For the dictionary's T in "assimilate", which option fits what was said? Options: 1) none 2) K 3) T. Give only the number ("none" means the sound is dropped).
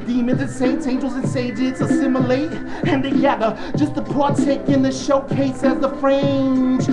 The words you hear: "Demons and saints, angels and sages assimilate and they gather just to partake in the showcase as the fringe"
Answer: 3